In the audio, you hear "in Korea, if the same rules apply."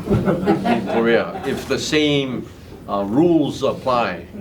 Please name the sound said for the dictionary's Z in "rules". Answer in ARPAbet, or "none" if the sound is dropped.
Z